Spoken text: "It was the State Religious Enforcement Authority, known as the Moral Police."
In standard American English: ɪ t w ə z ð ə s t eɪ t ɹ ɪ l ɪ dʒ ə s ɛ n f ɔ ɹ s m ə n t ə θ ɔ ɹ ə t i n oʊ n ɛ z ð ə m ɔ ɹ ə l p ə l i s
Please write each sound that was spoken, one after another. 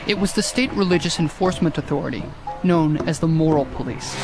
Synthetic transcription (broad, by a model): ɪ t w ə z ð ə s t eɪ t ɹ ɪ l ɪ dʒ ə s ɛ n f ɔ ɹ s m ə n t ə θ ɔ ɹ ə t i n oʊ n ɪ z ð ə m ɔ ɹ l p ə l i s